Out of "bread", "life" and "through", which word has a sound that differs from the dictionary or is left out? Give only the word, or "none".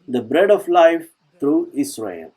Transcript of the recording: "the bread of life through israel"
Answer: through